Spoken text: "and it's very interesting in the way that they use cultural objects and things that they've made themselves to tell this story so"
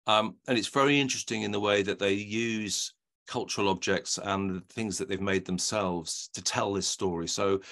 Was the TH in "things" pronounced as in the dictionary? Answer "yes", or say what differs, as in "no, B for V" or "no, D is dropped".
yes